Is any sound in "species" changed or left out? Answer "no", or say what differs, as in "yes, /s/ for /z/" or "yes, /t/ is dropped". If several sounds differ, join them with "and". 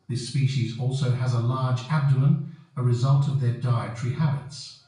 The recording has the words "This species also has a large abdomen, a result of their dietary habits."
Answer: no